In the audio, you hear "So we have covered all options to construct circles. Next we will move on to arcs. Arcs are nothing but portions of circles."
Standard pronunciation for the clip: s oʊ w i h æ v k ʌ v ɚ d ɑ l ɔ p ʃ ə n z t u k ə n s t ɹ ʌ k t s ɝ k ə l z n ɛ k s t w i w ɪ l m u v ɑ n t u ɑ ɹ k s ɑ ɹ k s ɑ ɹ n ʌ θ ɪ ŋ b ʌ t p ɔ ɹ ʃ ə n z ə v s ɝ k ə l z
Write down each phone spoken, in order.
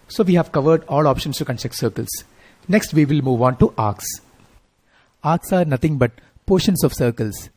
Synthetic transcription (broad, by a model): s oʊ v i h æ v k ʌ v ɚ d ɑ l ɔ p ʃ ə n s t u k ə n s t ʌ k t s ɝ k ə l s n ɛ k s t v i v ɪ l m u v ɑ n t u ɑ ɹ k s ɑ ɹ k s ɑ ɹ n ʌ t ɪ ŋ b ʌ t p ɔ ʃ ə n s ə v s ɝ k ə l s